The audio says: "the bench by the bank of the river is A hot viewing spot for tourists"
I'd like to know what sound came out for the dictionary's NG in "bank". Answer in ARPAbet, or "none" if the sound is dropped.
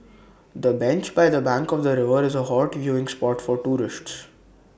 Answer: NG